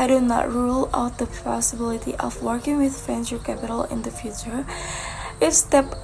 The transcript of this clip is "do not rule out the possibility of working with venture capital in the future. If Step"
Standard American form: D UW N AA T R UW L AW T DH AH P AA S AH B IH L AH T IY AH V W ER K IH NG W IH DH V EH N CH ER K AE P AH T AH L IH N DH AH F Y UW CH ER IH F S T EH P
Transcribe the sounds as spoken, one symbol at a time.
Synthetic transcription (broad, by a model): D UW N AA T R UW L AW T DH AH P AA S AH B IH L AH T IY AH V W ER K IH NG W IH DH F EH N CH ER K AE P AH T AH L IH N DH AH F Y UW CH ER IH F S T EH P